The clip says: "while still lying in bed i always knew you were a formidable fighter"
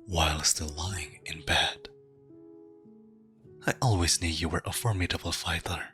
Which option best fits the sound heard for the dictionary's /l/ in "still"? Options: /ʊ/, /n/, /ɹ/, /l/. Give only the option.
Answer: /l/